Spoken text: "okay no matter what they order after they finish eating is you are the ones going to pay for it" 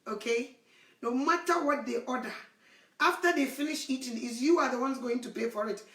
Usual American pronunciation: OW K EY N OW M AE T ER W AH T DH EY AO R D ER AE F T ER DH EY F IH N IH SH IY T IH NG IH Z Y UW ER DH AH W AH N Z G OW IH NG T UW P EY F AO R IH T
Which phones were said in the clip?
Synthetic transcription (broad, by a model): OW K EY N OW M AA T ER W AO T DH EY AO D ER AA F T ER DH EY F IH N IH SH IY T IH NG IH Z Y UW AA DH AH W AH N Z G OW IH NG T UW P EY F AO R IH T